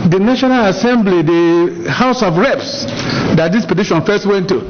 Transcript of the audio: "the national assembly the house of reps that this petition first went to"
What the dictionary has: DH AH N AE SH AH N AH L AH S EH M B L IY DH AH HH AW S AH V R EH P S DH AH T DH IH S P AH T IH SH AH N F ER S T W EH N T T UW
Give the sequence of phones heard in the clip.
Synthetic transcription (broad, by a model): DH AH N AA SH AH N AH L AH S EH M B L IY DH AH HH AW S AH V R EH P S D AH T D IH S P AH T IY SH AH N F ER S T W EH N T T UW